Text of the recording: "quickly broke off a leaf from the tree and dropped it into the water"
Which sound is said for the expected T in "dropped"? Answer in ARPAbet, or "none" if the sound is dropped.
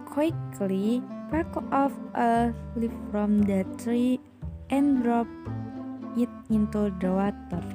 none